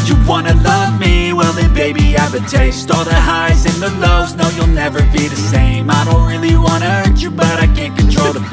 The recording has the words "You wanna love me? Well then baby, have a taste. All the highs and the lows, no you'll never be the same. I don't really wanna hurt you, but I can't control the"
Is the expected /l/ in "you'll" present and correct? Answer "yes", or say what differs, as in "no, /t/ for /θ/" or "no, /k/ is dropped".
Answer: yes